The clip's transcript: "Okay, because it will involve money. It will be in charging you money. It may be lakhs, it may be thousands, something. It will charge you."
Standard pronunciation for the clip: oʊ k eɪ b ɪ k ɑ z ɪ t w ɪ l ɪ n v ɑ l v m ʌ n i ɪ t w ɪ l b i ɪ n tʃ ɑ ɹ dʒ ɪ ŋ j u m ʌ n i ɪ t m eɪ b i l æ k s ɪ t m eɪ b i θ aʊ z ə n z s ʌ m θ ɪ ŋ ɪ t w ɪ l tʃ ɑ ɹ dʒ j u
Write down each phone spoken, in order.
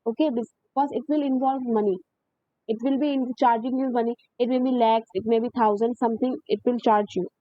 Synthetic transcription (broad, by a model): oʊ k eɪ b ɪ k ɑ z ɪ t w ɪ l ɪ n v ɑ l v m ʌ n i ɪ t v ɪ l b i ɪ n tʃ ɑ ɹ dʒ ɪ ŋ j u m ʌ n i ɪ t m eɪ b i l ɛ k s ɪ t m eɪ b i t aʊ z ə n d s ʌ m t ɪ ŋ ɪ t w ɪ l tʃ ɑ ɹ dʒ j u